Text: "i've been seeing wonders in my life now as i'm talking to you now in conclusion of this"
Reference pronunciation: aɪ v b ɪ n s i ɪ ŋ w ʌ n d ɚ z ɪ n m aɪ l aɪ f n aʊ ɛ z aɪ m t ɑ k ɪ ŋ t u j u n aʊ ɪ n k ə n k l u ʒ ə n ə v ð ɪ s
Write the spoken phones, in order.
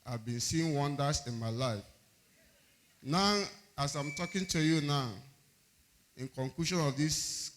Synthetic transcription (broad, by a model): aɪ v b ɪ n s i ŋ w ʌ n d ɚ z ɪ n m aɪ l aɪ f n aʊ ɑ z aɪ m t ɑ k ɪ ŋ t u j u n aʊ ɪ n k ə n k l u ʃ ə n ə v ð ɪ s